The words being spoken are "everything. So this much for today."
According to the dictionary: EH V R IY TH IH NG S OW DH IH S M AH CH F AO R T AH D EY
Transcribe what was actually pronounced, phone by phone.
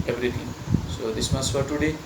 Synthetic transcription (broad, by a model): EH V R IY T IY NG S OW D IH S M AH S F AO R T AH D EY